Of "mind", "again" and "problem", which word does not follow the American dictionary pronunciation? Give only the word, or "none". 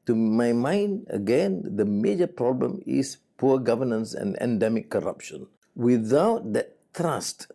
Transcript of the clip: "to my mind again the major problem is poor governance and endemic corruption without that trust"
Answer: none